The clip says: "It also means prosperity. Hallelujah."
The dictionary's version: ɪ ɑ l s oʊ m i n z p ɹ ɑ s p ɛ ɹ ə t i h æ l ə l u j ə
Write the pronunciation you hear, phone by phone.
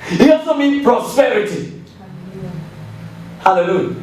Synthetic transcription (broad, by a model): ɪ ɑ l s oʊ m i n p ɹ ɑ s p ɛ ɹ ə t i h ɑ l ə l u j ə